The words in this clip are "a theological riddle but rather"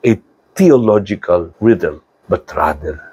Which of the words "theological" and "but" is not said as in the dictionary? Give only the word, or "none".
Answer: theological